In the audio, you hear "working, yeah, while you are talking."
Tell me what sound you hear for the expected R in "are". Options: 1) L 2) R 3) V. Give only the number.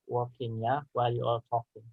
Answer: 1